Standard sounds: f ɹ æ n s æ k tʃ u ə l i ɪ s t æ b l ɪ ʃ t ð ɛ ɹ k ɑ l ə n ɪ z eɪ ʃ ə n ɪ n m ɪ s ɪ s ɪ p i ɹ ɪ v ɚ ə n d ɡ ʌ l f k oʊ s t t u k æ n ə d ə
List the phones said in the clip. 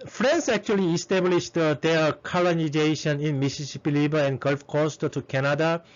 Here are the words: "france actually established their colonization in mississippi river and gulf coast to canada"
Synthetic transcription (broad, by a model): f ɹ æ n s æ k tʃ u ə l i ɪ s t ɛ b l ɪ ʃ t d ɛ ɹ k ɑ l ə n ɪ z eɪ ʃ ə n ɪ n m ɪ s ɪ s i p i l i b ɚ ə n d ɡ ʌ l f k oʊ s t t u k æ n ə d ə